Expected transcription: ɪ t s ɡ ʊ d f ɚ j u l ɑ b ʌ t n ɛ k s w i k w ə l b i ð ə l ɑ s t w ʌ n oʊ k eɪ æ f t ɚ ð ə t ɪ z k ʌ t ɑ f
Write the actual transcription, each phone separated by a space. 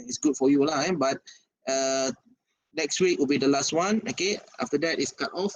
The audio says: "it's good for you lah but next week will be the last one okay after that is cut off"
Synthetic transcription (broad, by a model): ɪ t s ɡ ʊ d f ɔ j u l ɑ b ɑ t n ɛ k s w i k w ə l b i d ə l ɑ s t w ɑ n oʊ k eɪ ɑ f t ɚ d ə t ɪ s k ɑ t ɑ f